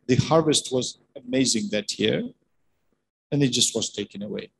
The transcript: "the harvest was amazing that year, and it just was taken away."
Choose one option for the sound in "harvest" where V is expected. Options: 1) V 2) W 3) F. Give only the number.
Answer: 1